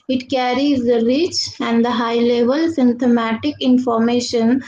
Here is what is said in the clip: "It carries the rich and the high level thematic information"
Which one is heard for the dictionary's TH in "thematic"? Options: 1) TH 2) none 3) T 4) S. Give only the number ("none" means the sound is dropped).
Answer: 3